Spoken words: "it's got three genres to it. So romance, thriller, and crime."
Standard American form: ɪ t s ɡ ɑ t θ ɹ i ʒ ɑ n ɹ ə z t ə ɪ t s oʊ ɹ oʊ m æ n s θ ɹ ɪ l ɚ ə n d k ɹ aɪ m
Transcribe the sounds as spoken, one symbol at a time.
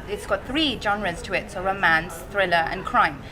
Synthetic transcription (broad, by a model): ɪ t s ɡ ɑ t θ ɹ i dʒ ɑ n ɹ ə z t ə ɪ t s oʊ ɹ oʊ m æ n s θ ɹ ɪ l ɚ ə n k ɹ aɪ m